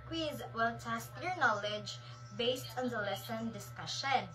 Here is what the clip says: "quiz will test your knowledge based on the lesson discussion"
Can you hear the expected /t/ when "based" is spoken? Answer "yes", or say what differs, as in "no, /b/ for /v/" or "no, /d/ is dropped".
yes